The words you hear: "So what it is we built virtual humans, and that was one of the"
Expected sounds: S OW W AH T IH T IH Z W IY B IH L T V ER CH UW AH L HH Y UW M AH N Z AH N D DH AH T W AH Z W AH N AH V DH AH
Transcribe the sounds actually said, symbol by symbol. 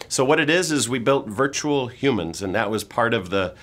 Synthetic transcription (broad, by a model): S OW W AH T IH T IH Z W IY B IH L T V ER CH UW L HH Y UW M AH N Z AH N DH AH T W AH Z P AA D AH V DH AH